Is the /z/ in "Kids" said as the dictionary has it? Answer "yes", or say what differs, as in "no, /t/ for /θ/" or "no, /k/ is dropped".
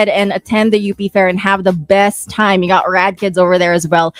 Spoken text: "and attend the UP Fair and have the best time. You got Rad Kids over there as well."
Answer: yes